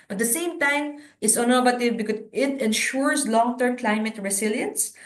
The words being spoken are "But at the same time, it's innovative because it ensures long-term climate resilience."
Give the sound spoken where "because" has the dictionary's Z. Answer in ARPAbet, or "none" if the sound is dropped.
none